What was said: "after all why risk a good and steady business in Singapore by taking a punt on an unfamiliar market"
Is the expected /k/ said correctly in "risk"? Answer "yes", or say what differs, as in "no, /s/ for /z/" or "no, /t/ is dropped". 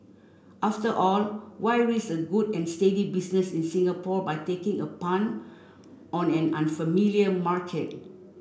no, /k/ is dropped